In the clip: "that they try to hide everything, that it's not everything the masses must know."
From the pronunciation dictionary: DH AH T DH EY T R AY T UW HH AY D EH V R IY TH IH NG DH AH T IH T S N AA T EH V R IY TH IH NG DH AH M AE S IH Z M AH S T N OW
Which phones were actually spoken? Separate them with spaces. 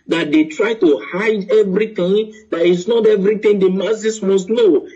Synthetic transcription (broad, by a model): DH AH T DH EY T R AY T UW HH AY D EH V R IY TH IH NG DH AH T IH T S N AA T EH V R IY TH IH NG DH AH M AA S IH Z M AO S T N OW